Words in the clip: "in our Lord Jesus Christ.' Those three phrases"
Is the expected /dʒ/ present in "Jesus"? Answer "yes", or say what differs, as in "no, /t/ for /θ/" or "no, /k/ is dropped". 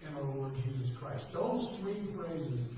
yes